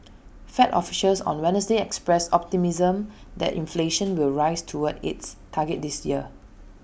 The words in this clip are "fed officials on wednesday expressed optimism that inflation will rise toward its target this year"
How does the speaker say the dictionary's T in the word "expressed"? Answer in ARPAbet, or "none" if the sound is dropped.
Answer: none